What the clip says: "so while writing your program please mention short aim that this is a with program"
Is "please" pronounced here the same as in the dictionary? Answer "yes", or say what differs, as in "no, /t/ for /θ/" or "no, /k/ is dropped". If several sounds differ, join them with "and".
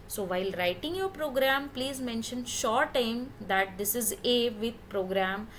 yes